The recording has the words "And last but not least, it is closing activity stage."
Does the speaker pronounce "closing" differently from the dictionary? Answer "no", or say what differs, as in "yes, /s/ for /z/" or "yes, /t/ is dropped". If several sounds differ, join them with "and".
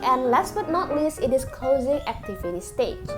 no